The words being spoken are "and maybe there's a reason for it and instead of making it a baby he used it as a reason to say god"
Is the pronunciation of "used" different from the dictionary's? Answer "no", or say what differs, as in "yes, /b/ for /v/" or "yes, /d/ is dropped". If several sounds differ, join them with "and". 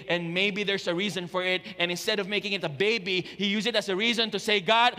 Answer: yes, /d/ is dropped